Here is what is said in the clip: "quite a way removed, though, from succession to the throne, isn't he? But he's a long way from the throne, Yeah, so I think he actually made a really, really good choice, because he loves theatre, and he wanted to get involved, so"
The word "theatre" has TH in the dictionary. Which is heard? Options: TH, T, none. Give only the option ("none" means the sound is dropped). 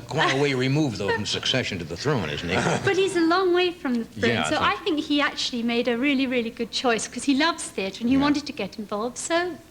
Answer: TH